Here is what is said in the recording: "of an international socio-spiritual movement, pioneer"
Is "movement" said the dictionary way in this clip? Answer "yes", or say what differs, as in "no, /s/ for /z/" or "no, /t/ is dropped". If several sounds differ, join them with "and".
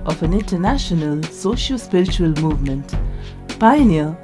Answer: yes